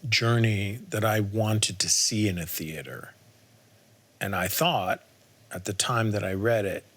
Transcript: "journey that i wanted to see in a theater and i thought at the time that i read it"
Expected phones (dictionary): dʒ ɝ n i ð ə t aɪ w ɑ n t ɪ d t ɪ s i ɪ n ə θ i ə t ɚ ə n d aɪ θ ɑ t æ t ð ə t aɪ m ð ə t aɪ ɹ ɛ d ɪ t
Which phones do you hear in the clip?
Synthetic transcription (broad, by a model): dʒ ɝ n i ð ə t aɪ w ɑ n t ɪ d t ɪ s i ɪ n ə θ i ə t ɚ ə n aɪ θ ɑ t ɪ t ð ə t aɪ m ð ə t aɪ ɹ ɛ d ɪ t